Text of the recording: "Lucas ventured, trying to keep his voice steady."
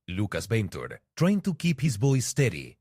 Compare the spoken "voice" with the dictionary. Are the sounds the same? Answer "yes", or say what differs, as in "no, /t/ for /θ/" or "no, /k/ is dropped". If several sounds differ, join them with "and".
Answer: no, /b/ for /v/